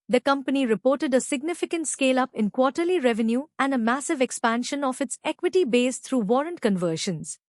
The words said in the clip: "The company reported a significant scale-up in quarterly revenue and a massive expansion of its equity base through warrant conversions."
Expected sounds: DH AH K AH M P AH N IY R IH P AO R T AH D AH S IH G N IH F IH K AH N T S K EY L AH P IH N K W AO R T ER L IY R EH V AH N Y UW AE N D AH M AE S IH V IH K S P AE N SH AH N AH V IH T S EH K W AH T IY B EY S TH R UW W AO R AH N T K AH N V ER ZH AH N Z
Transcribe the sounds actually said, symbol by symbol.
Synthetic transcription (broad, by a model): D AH K AH M P AH N IY R IH P AO R T AH D AH S IH G N IH F IH K AH N T S K EY L AH P IH N K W AO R T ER L IY R EH V AH N Y UW AE N D AH M AE S IH V IH K S P AE N SH AH N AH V IH T S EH K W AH T IY B EY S T R UW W AO R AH N T K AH N V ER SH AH N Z